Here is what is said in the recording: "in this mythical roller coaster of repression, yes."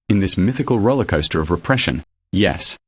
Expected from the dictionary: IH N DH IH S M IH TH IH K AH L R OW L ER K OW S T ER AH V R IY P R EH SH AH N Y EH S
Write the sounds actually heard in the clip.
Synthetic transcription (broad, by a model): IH N DH IH S M IH TH IH K AH L R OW L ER K OW S T ER AH V R IY P R EH SH AH N Y EH S